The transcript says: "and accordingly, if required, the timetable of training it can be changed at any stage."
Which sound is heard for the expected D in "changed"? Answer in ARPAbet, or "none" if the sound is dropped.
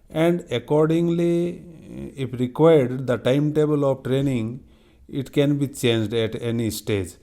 D